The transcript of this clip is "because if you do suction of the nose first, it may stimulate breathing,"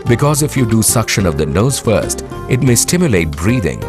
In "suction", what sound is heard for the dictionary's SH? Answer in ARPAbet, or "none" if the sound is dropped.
SH